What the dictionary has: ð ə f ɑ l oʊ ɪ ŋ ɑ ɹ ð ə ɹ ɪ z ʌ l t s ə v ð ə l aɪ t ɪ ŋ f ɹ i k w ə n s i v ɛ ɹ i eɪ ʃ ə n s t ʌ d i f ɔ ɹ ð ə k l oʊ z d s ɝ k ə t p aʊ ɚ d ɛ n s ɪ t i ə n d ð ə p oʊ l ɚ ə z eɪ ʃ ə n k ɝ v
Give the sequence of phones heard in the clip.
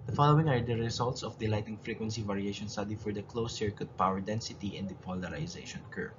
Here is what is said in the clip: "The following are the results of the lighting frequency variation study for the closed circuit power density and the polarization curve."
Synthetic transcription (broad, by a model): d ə f ɑ l oʊ ɪ ŋ ɑ ɹ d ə ɹ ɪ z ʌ l t s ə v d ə l aɪ t ɪ ŋ f ɹ i k w ə n s i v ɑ ɹ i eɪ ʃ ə n s t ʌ d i f ɔ ɹ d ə k l oʊ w s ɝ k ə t p aʊ ɚ d ɛ n s ɪ t i ə n d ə p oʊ l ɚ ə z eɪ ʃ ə n k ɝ